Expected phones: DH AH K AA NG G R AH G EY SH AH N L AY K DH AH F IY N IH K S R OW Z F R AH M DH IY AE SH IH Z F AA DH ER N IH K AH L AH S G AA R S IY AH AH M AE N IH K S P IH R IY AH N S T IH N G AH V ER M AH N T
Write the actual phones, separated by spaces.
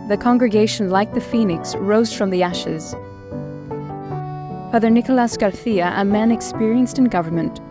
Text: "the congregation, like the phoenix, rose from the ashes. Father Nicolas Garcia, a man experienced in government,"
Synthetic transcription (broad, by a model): DH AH K AA NG G R AH G EY SH AH N L AY K DH AH F IY N IH K S R OW Z F R AH M DH IY AE SH IH Z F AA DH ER N IH K AH L AH S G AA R TH IY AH AH M AE N IH K S P IH R IY AH N S T IH N G AH V ER M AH N T